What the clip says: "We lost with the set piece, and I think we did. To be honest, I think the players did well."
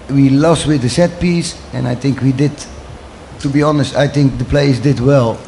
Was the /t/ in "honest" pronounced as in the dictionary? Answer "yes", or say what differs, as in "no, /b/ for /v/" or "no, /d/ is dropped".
yes